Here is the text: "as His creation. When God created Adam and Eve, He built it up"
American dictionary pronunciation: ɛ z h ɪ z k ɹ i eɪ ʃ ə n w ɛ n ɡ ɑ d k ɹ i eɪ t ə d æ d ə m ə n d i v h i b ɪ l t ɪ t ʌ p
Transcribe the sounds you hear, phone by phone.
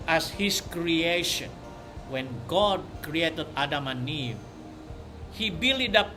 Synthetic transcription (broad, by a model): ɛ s h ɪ s k ɹ i eɪ ʃ ə n w ɛ n ɡ ɑ d k ɹ i eɪ t ə d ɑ d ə m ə n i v h i b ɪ l ɪ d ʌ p